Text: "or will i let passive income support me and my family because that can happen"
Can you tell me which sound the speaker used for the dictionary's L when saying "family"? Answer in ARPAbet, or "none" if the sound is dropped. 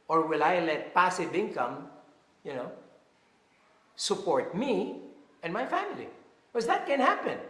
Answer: none